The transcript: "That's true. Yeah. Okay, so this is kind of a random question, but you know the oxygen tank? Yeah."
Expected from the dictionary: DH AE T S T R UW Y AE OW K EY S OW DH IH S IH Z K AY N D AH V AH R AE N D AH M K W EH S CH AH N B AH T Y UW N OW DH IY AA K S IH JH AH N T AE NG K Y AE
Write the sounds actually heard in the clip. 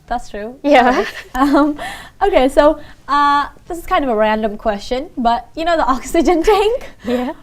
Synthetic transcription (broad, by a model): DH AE T S T R UW Y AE OW K EY S OW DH IH S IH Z K AY N D AH V AH R AE N D AH M K W EH S CH AH N B AH T Y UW N OW DH IY AA K S IH JH AH N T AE NG K Y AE